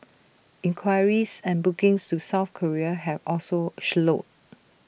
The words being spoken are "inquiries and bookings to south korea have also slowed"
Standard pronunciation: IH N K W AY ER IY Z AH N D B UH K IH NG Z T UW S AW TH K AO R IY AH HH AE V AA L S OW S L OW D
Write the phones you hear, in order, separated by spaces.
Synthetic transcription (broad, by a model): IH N K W AY ER IY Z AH N B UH K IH NG S T UW S AW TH K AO R IY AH HH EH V AA L S OW SH L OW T